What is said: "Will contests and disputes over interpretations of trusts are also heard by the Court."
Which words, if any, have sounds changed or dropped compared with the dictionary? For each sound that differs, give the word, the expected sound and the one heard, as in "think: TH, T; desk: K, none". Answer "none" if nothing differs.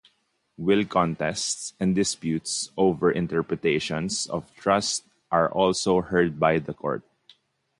interpretations: Z, S